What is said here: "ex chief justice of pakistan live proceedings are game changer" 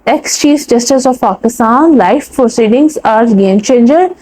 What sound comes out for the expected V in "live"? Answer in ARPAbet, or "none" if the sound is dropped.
F